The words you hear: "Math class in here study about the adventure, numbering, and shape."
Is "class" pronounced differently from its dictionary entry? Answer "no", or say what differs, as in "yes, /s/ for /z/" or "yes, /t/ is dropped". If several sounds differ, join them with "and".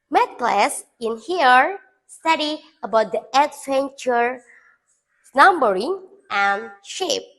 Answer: no